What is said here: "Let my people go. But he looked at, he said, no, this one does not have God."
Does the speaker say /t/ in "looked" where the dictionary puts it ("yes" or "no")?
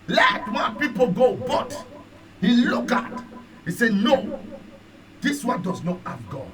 no